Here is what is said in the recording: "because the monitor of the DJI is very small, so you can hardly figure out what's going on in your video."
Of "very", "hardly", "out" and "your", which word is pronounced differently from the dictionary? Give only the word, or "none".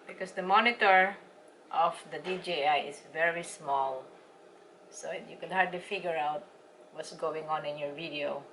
none